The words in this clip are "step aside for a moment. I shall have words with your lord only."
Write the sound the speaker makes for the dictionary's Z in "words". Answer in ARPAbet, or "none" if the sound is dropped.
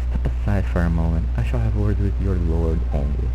none